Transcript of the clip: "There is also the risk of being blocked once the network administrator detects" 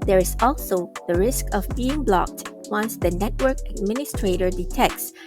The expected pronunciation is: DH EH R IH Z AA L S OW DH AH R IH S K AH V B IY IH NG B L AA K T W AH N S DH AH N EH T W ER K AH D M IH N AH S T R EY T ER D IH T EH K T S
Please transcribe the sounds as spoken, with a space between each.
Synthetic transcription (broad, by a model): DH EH R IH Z AA L S OW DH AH R IH S K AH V B IY IH NG B L AA K T W AH N S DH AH N EH T W ER K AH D M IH N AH S T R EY T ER D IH T EH K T S